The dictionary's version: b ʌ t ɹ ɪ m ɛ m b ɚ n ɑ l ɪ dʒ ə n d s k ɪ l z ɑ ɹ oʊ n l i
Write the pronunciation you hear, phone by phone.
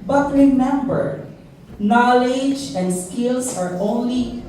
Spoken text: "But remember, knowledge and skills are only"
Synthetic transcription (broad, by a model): b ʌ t ɹ ɪ m ɛ m b ɚ n ɑ l ɪ dʒ ə n d s k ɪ l s ɑ ɹ oʊ n l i